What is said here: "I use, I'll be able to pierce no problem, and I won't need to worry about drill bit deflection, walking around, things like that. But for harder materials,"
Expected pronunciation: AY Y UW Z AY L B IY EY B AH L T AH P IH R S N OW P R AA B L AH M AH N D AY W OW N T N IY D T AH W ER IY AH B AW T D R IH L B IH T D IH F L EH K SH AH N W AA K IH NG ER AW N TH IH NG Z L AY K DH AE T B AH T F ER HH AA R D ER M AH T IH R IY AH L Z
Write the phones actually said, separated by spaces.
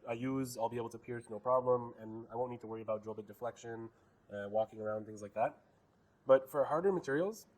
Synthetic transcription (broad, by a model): AY Y UW Z AY L B IY EY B L T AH P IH R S N OW P R AA B L AH M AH N AY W OW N N IY D T AH W ER IY AH B AW T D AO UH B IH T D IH F L EH K SH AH N W AA K IH NG ER AW N TH IH NG Z L AY K DH AE T B AH T F ER HH AA R D ER M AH T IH R IY L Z